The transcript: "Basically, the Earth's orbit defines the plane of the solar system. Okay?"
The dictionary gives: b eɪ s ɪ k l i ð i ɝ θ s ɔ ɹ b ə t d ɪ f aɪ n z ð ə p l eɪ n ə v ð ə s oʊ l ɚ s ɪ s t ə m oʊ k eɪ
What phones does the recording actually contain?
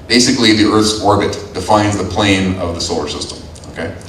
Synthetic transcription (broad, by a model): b eɪ s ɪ k l i ð i ɝ θ s ɔ ɹ b ə t d ɪ f aɪ n z ð ə p l eɪ n ə v ð ə s oʊ l ɚ s ɪ s t ə m oʊ k eɪ